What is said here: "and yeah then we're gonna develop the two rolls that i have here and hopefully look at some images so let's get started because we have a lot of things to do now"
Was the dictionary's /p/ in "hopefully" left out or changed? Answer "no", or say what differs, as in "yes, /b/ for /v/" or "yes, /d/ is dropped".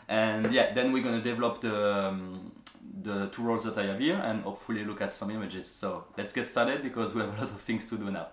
no